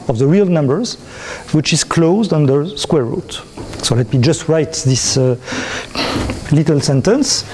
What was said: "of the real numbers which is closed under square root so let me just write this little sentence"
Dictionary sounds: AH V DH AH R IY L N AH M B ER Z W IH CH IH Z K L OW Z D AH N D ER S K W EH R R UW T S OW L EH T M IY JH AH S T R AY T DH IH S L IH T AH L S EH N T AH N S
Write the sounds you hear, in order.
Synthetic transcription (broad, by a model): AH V DH AH R IY L N AH M B ER Z W IH CH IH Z K L OW Z D AH N D ER S K W EH R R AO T S OW L EH T M IY JH AH S T R AY T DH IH S L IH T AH L S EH N T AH N S